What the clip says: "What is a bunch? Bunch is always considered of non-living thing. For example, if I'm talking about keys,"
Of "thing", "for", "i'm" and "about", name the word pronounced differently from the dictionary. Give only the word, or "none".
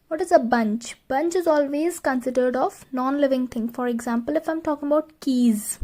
thing